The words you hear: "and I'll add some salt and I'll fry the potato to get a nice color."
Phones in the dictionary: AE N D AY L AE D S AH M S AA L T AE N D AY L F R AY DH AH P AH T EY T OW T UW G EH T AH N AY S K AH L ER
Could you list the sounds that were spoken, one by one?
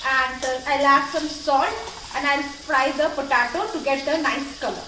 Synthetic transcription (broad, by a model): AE N D AY L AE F S AH M S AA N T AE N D AY L P R AY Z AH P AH T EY T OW T UW G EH T AH N AY S K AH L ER